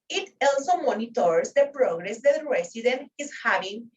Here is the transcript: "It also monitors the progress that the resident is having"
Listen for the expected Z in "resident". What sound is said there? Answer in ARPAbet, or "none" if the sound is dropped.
S